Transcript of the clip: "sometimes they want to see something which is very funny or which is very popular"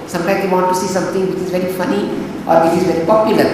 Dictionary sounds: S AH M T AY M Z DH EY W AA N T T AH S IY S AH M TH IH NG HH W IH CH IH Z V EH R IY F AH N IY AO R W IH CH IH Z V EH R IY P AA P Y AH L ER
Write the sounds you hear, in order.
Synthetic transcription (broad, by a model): S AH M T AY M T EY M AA T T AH S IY S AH M T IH NG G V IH CH IH Z V EH R IY F AH N IY AO R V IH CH IH Z V EH R IY P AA P Y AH L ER